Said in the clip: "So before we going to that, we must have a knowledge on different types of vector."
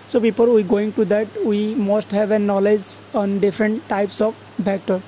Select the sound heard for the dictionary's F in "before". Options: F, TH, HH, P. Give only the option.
P